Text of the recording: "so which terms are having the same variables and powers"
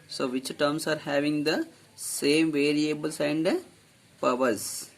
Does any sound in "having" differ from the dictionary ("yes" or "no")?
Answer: no